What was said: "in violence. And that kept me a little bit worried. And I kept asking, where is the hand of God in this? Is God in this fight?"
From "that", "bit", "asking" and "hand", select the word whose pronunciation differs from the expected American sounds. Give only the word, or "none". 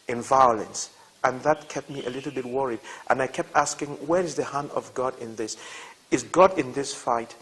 hand